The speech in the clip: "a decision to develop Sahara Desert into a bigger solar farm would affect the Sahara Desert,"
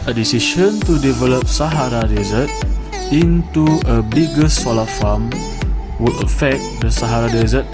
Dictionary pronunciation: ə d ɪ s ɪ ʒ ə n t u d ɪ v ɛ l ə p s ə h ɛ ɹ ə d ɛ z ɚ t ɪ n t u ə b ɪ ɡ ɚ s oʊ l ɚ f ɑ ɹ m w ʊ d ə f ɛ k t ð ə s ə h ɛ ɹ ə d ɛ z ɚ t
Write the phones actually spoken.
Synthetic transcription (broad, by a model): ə d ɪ s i ʃ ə n t u d ɪ v ɛ l ə p s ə h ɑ ɹ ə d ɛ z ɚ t ɪ n t u ə b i ɡ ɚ s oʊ l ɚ f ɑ m w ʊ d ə f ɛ k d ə s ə h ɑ ɹ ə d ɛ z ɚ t